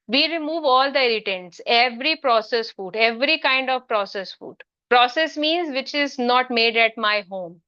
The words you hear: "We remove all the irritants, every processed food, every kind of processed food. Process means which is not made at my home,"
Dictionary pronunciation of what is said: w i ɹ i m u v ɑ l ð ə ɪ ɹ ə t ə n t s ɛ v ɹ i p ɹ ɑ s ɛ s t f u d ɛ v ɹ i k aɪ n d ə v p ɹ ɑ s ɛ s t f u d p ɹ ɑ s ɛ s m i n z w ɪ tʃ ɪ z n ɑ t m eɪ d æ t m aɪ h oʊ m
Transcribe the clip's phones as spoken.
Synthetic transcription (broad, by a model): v i ɹ i m u v ɑ l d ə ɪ ɹ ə t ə n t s ɛ v ɹ i p ɹ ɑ s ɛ s f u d ɛ v ɹ i k aɪ n d ə v p ɹ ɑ s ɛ s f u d p ɹ ɑ s ɛ s m i n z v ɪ tʃ ɪ z n ɑ t m eɪ d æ t m aɪ h oʊ m